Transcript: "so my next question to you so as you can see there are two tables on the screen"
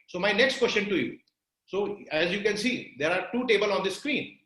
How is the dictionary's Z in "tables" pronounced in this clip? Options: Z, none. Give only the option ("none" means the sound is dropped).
none